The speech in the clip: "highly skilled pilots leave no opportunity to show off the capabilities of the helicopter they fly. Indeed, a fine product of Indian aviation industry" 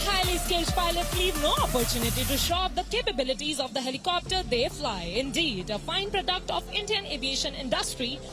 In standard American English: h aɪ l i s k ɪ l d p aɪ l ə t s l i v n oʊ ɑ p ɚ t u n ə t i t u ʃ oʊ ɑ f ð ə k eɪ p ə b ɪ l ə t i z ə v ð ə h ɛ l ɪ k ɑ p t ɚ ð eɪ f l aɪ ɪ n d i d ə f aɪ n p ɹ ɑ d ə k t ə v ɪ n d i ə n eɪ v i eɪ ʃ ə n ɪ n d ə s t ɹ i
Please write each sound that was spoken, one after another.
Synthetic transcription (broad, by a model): h aɪ l i s k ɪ l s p aɪ l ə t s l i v n oʊ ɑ p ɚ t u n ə t i t u ʃ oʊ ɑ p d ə k eɪ p ə b ɪ l ə t i z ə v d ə h ɛ l ɪ k ɑ p t ɚ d eɪ f l aɪ ɪ n d i d ə f aɪ n p ɹ ɑ d ə k t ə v ɪ n d i ə n eɪ v i eɪ ʃ ə n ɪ n d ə s t ɹ i